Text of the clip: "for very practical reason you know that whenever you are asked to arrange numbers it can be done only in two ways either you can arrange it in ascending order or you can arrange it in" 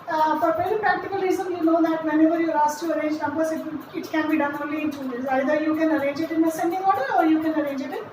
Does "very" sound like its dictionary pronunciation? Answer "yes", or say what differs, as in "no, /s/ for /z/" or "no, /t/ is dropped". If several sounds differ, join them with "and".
no, /p/ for /v/